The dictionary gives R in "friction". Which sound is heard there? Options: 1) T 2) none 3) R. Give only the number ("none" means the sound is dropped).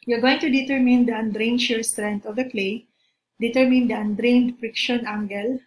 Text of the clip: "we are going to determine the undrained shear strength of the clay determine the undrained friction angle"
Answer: 3